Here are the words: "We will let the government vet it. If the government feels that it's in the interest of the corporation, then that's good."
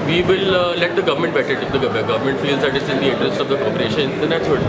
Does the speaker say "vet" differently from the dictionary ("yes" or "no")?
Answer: yes